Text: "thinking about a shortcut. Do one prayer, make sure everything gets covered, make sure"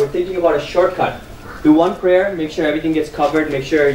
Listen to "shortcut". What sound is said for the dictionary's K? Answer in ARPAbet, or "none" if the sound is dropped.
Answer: K